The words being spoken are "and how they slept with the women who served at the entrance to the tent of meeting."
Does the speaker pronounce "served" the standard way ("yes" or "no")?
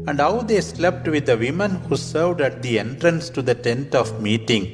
yes